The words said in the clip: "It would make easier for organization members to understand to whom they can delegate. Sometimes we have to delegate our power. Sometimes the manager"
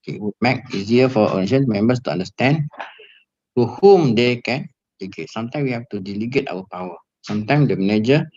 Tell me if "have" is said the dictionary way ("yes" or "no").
no